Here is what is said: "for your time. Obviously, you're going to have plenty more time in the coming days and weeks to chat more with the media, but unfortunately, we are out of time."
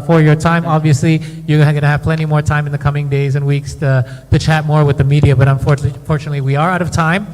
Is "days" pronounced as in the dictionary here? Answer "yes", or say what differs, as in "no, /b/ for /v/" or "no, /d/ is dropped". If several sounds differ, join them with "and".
yes